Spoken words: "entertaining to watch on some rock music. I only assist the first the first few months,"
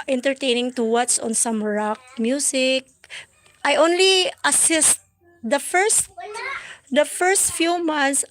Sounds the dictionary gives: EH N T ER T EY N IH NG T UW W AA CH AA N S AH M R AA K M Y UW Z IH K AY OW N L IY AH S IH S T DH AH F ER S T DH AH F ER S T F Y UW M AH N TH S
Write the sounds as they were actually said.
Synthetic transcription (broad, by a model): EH N T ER T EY N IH NG T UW W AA S AA N S AH M R AA K M Y UW S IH K AY OW N L IY AH S IH S T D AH F ER S T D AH F ER S T F Y UW M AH N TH S